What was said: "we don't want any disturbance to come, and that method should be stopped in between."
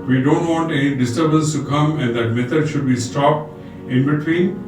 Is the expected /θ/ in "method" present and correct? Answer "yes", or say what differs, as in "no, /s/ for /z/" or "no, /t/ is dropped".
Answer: no, /t/ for /θ/